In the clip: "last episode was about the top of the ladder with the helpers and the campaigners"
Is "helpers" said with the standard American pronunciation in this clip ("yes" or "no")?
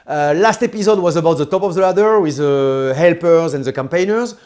yes